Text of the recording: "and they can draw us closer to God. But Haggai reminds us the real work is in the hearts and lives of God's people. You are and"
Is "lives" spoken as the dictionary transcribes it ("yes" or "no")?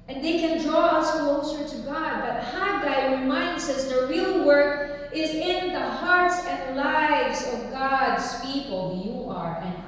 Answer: yes